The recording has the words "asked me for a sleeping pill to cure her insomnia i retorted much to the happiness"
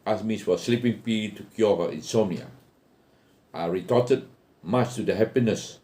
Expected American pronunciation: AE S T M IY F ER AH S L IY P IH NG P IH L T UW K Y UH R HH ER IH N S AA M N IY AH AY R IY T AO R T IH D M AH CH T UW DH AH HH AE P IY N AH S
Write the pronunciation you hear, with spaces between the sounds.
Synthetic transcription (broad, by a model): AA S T M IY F AH S L IY P IH NG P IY T UW K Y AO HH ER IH N S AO N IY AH AY R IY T AO T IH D M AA CH T UW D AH HH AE P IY N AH S